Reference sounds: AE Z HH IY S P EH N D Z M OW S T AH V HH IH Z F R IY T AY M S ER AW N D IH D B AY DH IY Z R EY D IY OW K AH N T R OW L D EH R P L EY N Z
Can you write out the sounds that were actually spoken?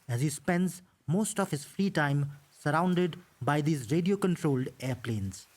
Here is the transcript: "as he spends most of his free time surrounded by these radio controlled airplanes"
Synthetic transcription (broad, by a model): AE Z HH IY S P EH N D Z M OW S T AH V HH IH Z F R IY T AY M S ER AW N D IH D B AY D IY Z R EY D IY OW K AH N T R OW L D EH R P L EY N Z